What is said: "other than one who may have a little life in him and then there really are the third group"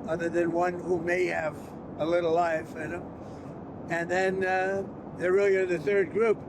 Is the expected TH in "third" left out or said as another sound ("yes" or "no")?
no